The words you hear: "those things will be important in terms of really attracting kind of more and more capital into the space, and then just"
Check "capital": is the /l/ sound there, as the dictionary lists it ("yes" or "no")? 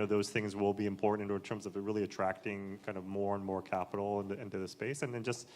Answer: no